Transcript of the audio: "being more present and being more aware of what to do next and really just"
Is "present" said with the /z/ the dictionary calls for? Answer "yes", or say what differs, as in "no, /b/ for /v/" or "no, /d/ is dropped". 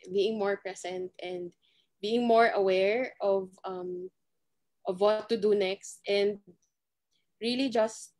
no, /s/ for /z/